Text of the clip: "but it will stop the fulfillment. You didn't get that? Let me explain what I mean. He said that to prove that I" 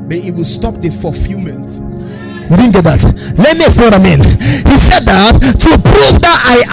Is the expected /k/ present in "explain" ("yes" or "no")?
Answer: no